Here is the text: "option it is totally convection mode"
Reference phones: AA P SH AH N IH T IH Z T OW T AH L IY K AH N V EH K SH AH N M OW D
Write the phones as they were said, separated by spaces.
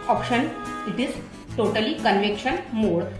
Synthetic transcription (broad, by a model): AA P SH AH N IH T IH Z T OW T AH L IY K AH N V EH K SH AH N M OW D